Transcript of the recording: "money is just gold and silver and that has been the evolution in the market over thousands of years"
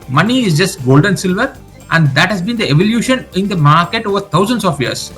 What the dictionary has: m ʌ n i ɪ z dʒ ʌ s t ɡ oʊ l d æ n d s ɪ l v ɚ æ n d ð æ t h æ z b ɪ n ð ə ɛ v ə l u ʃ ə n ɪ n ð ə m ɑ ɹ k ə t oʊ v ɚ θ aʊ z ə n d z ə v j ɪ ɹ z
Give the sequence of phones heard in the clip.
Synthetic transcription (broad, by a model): m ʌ n i ɪ z dʒ ʌ s t ɡ oʊ l d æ n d s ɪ l v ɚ æ n d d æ t h æ z b ɪ n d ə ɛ v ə l u ʃ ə n ɪ n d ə m ɑ ɹ k ə t oʊ v ɚ t aʊ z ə n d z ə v j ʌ ɹ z